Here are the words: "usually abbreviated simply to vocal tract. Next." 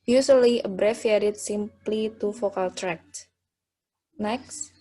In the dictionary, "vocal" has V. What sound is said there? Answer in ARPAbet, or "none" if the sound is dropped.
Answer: F